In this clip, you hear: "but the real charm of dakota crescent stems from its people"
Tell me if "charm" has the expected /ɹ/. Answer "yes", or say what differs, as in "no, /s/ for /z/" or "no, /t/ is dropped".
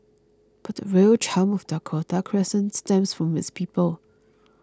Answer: no, /l/ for /ɹ/